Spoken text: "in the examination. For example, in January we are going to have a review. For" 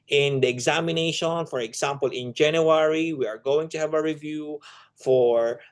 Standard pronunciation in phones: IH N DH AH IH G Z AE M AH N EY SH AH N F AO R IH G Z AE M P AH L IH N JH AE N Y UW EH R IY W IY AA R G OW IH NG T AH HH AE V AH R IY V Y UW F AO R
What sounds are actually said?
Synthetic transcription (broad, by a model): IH N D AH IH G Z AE M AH N EY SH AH N F AO R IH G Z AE M P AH L IH N JH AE N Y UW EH R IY W IY AA R G OW IH NG T AH HH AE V AH R IY V Y UW F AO R